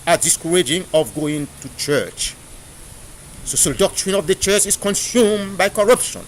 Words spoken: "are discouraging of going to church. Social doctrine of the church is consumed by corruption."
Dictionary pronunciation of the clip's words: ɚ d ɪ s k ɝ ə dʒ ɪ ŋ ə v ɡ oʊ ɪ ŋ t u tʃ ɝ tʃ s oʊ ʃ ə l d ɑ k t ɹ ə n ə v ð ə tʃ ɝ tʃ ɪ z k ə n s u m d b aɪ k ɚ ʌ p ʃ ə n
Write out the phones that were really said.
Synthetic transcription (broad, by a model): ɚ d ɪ s k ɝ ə dʒ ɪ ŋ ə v ɡ oʊ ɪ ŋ t u tʃ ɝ tʃ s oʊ s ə d ɑ k t ɹ ə n ə v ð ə tʃ ɝ tʃ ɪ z k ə n s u m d b aɪ k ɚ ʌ p ʃ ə n